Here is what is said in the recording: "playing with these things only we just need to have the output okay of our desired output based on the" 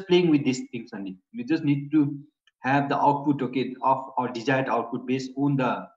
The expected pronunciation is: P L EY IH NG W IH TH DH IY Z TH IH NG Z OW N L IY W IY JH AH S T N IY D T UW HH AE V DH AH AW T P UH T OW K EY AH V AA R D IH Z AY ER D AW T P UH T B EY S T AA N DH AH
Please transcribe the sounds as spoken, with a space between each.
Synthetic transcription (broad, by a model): P L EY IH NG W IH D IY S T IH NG S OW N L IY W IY JH AH S T N IY D T UW HH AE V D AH AW T P UH T OW K EY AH F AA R D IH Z AY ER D AW T P UH T B EY S T AA N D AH